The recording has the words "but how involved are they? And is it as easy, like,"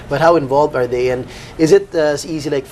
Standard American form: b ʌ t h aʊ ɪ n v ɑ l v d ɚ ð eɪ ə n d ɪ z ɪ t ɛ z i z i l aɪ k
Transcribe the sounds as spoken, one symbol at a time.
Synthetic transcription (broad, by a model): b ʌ t h aʊ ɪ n v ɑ l v d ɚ ð eɪ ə n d ɪ z ɪ t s i z i l aɪ k